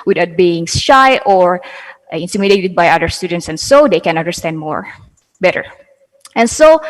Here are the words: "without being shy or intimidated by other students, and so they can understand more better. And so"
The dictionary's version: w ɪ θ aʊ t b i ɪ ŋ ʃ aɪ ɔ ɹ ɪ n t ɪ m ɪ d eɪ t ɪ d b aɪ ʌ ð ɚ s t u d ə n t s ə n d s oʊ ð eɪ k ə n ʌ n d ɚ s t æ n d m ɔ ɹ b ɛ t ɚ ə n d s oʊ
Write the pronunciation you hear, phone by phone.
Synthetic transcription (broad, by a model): w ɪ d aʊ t b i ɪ ŋ ʃ aɪ ɔ ɹ ɪ n t ɪ m ɪ d eɪ t ɪ d b aɪ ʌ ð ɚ s t u d ə n t s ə n s oʊ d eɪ k ə n ʌ n d ɚ s t æ n d m ɔ ɹ b ɛ t ɚ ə n s oʊ